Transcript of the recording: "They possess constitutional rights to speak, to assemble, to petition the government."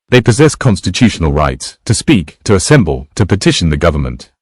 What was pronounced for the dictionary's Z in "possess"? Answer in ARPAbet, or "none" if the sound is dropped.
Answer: Z